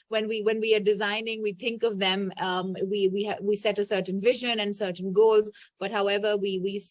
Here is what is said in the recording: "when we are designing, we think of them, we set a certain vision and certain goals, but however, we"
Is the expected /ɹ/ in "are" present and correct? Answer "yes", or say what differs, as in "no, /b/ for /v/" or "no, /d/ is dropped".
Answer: no, /w/ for /ɹ/